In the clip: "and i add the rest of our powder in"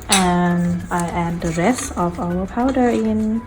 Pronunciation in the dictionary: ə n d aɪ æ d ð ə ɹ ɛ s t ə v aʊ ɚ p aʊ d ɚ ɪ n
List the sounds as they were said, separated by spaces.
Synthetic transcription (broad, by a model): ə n aɪ æ d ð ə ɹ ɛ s ə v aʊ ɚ p aʊ d ɚ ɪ n